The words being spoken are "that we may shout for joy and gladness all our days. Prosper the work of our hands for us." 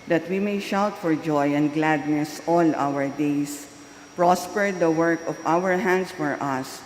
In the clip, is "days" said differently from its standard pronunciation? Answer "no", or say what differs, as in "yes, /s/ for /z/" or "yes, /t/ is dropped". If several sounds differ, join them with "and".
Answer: yes, /s/ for /z/